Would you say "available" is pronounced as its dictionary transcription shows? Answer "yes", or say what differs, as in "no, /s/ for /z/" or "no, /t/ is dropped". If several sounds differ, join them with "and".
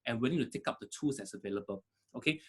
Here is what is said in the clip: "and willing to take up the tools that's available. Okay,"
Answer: yes